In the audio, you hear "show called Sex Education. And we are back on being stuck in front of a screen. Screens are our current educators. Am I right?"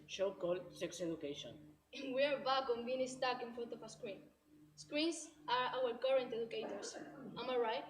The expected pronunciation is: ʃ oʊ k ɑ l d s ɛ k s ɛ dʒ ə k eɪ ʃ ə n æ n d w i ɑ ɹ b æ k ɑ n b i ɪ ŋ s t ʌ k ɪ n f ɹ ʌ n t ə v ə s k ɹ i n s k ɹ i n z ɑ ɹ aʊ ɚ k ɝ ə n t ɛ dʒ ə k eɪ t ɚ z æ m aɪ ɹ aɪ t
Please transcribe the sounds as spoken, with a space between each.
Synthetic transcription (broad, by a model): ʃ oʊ k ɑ l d s ɛ k s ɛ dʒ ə k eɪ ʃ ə n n w i ɑ ɹ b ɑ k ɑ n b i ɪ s t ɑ k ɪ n f ɹ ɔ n t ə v ə s k ɹ i n s k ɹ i n s ɑ ɹ aʊ ɚ k ɝ ə n t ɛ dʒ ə k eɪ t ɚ s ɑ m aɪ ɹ aɪ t